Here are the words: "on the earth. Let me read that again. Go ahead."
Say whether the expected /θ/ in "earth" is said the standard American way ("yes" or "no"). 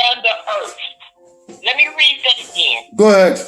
no